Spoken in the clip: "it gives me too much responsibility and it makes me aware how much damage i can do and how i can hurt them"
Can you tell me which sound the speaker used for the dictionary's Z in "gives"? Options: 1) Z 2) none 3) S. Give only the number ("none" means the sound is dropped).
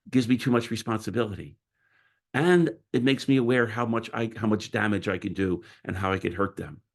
1